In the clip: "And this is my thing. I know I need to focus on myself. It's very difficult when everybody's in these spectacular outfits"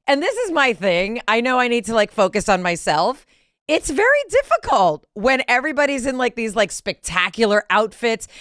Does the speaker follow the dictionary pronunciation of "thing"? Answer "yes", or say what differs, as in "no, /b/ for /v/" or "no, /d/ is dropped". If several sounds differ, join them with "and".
yes